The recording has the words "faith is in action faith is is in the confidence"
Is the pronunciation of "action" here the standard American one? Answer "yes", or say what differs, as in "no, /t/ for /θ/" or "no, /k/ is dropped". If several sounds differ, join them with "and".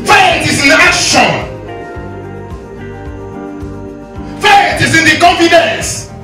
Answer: no, /k/ is dropped